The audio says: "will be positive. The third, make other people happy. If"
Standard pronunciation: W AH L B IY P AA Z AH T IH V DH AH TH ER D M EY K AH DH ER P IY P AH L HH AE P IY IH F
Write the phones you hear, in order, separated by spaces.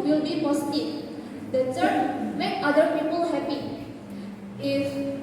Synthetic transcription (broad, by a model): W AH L B IY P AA S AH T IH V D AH S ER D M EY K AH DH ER P IY P AH L HH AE P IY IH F